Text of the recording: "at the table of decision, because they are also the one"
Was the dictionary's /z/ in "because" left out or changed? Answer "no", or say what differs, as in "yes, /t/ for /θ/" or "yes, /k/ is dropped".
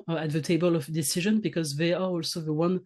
no